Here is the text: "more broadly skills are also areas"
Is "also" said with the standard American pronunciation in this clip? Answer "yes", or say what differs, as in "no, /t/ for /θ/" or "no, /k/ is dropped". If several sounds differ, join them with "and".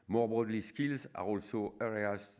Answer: yes